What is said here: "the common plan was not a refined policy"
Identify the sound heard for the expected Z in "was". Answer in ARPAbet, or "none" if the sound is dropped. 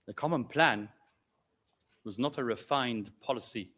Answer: Z